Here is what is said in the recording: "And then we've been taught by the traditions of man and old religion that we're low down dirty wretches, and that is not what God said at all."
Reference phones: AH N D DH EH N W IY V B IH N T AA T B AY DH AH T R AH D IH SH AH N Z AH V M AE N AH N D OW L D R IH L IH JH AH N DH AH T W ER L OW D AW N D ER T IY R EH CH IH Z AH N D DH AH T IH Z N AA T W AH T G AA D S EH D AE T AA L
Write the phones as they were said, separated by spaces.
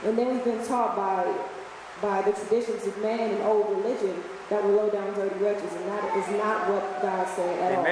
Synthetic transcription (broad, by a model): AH N DH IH N W IY V B IH N T AA T B AY DH AH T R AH D IH SH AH N Z AH V M AE N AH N OW L D R IH L IH JH AH N DH AH T W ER L OW D AW N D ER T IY R EH CH IH Z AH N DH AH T IH Z N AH T W AH T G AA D S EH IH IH T AA L